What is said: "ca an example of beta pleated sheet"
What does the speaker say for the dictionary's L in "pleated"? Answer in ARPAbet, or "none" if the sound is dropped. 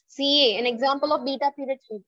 none